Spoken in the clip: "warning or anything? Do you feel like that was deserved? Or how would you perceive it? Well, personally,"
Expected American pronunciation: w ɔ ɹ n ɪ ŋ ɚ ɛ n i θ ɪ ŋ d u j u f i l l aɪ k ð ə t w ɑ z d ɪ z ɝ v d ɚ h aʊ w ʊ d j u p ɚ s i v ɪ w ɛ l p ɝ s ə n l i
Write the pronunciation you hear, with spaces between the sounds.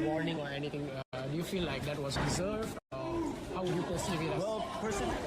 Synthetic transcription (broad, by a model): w ɔ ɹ n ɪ ŋ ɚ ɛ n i t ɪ ŋ d u j u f i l l aɪ k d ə t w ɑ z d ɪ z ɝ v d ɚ h aʊ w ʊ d j u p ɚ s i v ɪ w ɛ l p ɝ s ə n